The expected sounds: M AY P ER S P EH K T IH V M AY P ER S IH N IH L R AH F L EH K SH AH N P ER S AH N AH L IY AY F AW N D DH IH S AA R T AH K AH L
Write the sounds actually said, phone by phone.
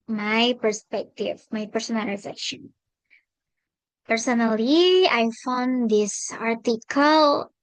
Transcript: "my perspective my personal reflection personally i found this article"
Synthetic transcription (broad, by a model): M AY P ER S P EH K T IH V M AY P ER S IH N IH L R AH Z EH SH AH N P ER S AH N AH L IY AY F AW N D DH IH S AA R T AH K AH L